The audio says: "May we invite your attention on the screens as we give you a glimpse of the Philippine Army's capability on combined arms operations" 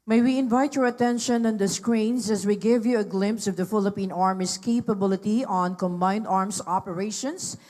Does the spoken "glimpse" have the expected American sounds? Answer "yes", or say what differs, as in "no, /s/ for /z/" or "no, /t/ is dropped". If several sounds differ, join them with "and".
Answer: yes